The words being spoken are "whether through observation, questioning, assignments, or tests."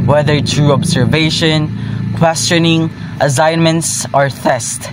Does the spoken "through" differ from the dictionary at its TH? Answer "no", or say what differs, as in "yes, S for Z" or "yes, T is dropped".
yes, T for TH